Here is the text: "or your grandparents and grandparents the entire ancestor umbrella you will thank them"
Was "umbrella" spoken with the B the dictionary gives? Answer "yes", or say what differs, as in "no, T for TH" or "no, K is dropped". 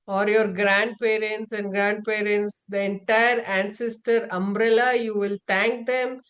yes